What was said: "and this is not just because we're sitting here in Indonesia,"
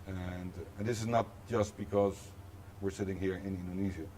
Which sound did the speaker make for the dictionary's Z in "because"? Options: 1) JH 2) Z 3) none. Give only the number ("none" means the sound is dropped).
2